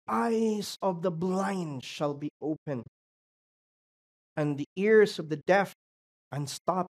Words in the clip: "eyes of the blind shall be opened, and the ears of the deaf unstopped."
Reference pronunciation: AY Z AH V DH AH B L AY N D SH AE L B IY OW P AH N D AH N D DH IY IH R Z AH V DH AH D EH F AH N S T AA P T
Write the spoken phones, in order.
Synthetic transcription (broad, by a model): AY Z AH V DH AH B L AY N D SH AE L B IY OW P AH N AH N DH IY IH R Z AH V DH AH D EH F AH N S T AA P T